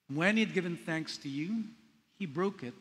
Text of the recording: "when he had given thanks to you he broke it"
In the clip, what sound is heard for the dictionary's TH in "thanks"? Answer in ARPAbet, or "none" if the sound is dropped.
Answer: TH